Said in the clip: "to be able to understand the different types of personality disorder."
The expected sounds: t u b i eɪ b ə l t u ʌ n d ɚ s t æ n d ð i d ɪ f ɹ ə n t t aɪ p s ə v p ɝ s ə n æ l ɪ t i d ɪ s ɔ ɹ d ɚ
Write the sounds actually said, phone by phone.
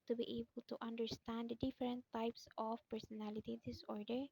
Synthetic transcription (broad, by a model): t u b i eɪ b ə l t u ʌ n d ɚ s t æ n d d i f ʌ ɹ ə n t t aɪ p s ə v p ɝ s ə n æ l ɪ t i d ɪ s ɔ ɹ d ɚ